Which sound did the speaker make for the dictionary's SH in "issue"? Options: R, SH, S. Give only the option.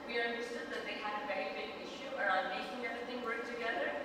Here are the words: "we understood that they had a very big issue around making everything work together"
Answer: SH